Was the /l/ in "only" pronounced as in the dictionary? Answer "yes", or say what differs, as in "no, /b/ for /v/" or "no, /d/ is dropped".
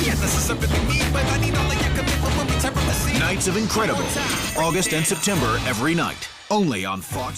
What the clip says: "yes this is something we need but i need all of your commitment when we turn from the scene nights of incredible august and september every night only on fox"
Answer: yes